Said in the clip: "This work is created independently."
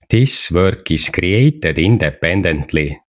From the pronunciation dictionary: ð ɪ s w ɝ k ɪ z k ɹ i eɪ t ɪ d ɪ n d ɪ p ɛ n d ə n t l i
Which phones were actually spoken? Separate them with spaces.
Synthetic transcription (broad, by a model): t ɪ s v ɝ k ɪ s k ɹ i eɪ t ɪ d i n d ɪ p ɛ n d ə n t l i